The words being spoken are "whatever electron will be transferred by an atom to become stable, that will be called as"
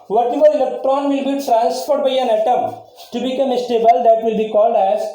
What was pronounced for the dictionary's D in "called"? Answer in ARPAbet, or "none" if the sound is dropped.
D